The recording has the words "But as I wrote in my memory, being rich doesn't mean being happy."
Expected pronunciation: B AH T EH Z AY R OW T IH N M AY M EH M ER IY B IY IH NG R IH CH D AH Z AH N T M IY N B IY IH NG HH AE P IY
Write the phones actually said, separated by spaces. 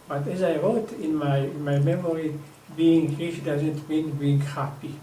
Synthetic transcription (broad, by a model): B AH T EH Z AY W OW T IH N M AY M EH M ER IY B IY IH NG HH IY SH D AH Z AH N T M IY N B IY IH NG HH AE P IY